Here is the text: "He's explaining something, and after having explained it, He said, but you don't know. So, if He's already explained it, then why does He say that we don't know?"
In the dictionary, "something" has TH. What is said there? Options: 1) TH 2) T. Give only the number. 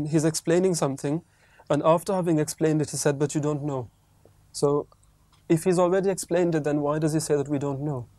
1